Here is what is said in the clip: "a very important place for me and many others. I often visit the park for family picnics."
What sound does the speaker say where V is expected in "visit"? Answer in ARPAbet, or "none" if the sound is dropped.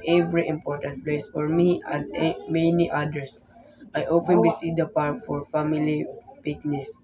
B